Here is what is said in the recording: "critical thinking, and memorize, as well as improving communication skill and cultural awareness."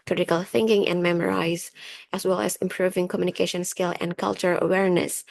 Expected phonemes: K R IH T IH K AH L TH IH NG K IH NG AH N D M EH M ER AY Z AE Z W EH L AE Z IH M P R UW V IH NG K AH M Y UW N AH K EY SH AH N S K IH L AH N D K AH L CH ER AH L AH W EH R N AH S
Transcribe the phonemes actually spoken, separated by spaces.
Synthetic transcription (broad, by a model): K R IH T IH K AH L TH IH NG K IH NG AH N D M EH M ER AY Z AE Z W EH L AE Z IH M P R UW V IH NG K AH M Y UW N AH K EY SH AH N S K IH L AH N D K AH L CH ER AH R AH W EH R N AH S